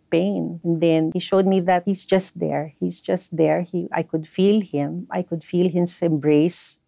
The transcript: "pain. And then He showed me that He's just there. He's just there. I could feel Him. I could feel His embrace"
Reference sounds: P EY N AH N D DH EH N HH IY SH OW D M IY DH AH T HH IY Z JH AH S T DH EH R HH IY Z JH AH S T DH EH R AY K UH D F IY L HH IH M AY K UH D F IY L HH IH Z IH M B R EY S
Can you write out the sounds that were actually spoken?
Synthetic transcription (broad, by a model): P EY N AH N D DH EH N HH IY SH OW D M IY DH AH T HH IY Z JH AH S T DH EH R HH IY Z JH AH S T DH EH R AY K UH D F IY L HH IH M AY K UH D F IY L HH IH S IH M B R EY S